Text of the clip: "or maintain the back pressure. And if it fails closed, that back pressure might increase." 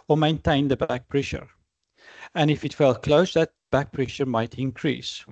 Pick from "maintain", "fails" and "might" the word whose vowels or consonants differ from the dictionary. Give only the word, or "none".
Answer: fails